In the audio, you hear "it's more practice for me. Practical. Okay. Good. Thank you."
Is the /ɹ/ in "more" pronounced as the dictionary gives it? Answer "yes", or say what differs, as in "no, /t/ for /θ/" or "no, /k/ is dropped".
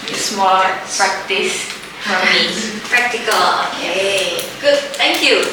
no, /l/ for /ɹ/